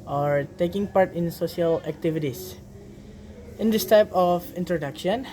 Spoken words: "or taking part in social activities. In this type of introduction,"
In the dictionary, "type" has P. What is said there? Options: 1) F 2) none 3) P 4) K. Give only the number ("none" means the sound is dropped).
3